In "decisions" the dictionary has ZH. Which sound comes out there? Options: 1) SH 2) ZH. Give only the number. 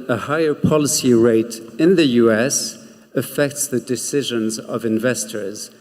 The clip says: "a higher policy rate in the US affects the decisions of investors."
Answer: 2